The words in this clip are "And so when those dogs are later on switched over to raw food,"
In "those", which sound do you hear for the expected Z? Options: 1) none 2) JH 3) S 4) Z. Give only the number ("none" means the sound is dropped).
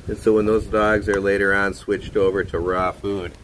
4